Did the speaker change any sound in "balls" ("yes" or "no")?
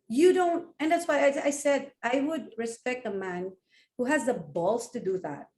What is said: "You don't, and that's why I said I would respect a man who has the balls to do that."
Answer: yes